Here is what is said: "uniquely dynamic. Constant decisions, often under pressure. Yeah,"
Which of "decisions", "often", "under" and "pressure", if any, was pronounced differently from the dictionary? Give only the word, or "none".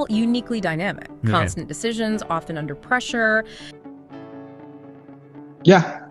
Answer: none